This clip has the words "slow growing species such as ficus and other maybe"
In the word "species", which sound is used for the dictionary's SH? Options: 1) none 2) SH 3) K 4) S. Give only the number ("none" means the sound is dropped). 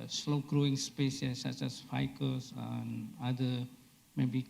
4